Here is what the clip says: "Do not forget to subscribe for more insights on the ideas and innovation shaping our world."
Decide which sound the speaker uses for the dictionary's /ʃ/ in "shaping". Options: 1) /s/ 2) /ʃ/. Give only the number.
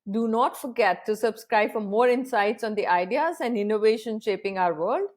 2